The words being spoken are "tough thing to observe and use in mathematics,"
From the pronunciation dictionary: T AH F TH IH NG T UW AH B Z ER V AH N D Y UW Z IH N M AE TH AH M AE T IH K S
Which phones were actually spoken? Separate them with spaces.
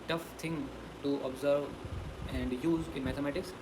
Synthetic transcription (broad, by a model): T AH F T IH NG T UW AH B Z ER V AH N D Y UW Z IH N M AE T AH M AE T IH K S